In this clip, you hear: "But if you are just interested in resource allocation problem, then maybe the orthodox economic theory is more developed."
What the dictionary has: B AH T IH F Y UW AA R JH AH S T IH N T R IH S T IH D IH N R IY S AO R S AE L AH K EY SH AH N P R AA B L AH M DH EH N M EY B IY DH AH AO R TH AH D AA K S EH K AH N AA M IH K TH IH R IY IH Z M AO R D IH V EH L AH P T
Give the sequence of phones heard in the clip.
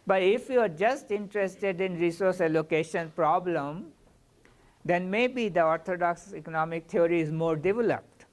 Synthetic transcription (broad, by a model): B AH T IH F Y UW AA R JH AH S T IH N T R IH S T IH D IH N R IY S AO R S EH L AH K EY SH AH N P R AA B L AH M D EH N M EY B IY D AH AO R T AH D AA K S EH K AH N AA M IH K T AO R IY IH Z M AO R D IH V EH L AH P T